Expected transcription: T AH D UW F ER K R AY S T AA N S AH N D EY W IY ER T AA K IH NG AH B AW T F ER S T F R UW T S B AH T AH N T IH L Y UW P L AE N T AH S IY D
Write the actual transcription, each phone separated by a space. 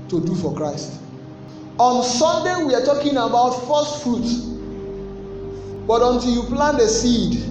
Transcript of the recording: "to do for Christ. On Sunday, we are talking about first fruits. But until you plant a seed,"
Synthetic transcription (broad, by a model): T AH D UW F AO K R AY S T AA N S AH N D EY W IY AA T AA K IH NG AH B AW T F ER S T F R UW T B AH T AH N T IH L Y UW P L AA N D AH S IY D